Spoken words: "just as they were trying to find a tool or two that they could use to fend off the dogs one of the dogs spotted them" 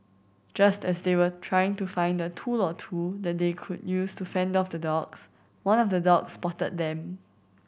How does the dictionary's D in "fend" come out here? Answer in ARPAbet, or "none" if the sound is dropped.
D